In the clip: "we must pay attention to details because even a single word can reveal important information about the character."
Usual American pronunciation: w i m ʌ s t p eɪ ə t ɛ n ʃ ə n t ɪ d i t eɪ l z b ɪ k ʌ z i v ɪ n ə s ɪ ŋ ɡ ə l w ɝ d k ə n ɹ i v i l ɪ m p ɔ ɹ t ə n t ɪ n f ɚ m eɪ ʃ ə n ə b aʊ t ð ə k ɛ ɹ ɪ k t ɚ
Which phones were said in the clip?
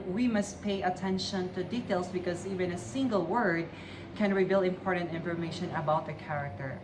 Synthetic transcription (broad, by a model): w i m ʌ s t p eɪ ə t ɛ n ʃ ə n t ɪ d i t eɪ l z b ɪ k ʌ z i v ɪ n ə s ɪ ŋ ɡ ə l w ɝ d k ə n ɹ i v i l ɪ m p ɔ ɹ t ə n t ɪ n f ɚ m eɪ ʃ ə n ə b aʊ t ð ə k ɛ ɹ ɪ k t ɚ